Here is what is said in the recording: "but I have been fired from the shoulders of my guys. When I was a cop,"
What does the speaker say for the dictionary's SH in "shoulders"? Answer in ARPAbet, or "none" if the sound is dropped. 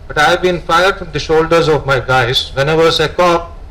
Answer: SH